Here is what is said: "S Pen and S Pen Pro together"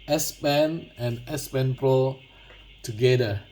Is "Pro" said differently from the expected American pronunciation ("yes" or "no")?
no